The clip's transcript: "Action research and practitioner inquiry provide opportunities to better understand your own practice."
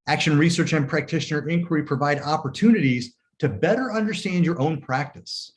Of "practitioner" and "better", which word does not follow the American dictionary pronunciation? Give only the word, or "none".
none